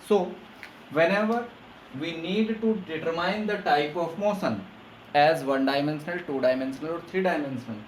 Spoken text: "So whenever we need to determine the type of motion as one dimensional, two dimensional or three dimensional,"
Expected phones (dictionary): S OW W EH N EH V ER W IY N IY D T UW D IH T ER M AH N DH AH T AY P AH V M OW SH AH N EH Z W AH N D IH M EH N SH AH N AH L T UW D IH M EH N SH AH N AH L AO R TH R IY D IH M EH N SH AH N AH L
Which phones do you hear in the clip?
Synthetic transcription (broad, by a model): S OW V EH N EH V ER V IY N IY D T UW D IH T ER M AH N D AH T AY P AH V M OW S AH N EH Z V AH N D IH M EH N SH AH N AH L T UW D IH M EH N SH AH N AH L AO R T R IY D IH M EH N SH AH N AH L